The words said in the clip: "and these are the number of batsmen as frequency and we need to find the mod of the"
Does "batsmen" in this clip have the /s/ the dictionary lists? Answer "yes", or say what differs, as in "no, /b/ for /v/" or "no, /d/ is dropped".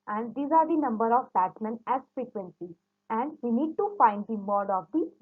no, /s/ is dropped